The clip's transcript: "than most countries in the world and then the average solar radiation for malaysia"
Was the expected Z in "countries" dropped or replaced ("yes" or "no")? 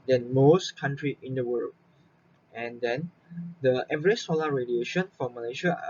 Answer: yes